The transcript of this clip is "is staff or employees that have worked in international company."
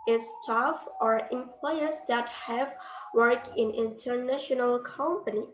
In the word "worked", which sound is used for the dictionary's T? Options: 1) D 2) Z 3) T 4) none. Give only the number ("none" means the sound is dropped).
4